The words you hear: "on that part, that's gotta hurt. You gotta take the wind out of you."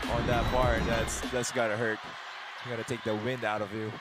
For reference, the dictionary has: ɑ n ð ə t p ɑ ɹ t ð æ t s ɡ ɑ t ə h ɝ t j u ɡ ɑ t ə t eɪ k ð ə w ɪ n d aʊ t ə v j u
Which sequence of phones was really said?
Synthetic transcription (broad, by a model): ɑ n ð ə t b ɑ ɹ t ð æ t s ɡ ɑ t ə h ɝ t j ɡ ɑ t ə t eɪ k ð ə w ɪ n d aʊ t ə v j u